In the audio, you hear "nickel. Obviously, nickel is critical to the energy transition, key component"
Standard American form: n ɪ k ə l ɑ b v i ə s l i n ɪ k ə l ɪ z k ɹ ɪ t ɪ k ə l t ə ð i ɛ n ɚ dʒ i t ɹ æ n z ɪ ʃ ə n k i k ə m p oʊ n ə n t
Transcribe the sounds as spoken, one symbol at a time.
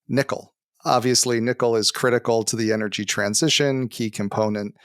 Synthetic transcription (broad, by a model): n ɪ k l ɑ b v i ə s l i n ɪ k l ɪ z k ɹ ɪ t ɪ k l t ə ð i ɛ n ɚ dʒ i t ɹ æ n z ɪ ʃ ə n k i k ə m p oʊ n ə n t